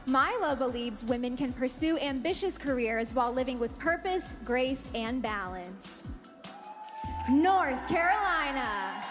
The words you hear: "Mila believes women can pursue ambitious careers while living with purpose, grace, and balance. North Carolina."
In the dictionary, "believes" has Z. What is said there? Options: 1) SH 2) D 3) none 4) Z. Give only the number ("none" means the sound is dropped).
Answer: 4